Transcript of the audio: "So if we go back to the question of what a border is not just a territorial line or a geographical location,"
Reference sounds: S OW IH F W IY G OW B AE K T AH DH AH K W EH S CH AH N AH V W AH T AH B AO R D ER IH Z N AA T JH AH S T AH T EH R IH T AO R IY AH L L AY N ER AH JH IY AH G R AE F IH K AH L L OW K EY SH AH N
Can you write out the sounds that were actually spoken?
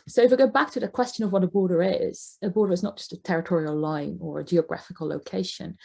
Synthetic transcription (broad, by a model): S OW IH F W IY G OW B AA K T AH DH AH K W EH S CH AH N AH V W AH T AH B AO R D ER IH Z N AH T JH AH S T AH T EH R IH T AO R IY AH L L AY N ER AH JH IY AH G R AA F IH K AH L L OW K EY SH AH N